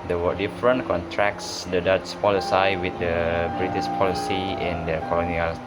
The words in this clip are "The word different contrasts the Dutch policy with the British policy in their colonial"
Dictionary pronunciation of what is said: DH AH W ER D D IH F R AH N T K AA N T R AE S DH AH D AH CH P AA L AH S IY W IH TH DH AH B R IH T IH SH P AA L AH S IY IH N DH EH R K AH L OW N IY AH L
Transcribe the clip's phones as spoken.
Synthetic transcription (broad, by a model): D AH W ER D D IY F R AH N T K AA N T R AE S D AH D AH S P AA L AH S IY W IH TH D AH B R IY T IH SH P AA L AH S IY IH N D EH K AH L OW N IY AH L